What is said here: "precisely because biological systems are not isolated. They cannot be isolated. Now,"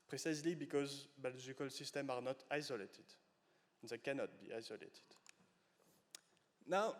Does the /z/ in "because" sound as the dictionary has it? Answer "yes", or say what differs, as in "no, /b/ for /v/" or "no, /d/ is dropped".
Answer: yes